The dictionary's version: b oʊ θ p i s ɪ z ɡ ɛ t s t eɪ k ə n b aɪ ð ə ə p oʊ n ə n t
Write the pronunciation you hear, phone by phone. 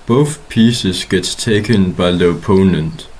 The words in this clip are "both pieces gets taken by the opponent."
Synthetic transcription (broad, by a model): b oʊ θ p i s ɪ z ɡ ɛ t s t eɪ k ə n b aɪ ð ə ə p oʊ n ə n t